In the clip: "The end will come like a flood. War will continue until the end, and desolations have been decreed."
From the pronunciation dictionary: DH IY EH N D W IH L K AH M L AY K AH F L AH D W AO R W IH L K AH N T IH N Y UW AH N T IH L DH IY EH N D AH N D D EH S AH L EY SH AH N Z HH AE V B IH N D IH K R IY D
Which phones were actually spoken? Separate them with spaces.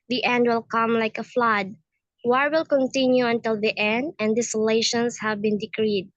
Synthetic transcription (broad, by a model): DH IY EH N D W IH L K AH M L AY K AH F L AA D W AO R W IH L K AH N T IH N Y UW AH N T IH L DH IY EH N D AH N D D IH S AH L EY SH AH N S HH AE V B IH N D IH K R IY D